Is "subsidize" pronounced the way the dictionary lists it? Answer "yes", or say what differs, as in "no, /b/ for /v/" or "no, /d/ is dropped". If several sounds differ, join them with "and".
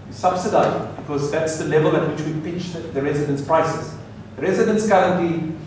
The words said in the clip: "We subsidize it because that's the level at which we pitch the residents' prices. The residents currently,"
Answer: no, /z/ is dropped